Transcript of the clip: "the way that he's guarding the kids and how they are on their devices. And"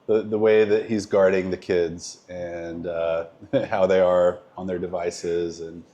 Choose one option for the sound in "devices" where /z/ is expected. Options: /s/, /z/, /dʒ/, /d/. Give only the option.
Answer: /z/